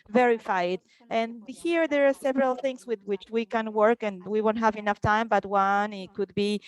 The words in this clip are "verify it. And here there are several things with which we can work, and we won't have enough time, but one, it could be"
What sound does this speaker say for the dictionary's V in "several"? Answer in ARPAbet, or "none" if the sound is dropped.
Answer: V